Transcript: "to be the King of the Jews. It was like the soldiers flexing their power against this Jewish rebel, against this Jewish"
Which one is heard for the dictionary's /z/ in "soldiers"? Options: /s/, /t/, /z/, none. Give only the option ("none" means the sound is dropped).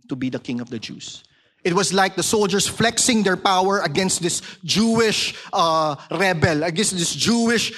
/s/